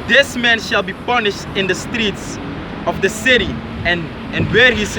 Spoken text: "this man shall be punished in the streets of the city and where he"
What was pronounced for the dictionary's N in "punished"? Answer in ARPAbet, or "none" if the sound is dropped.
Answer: N